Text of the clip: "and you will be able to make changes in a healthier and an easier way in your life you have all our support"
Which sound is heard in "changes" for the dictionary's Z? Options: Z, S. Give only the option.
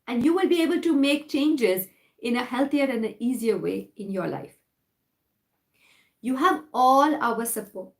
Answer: Z